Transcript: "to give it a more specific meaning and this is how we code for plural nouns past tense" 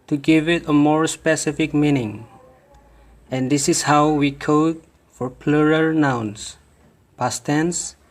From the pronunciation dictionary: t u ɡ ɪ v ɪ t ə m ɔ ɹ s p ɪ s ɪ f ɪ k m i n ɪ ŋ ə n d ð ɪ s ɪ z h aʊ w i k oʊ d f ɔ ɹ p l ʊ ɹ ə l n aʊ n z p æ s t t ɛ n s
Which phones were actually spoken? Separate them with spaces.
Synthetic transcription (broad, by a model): t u ɡ ɪ v ɪ t ə m ɔ ɹ s p ɪ s ɪ f ɪ k m i n ɪ ŋ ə n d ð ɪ s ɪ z h aʊ w i k oʊ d f ɔ ɹ p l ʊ ɹ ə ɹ n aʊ n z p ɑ s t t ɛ n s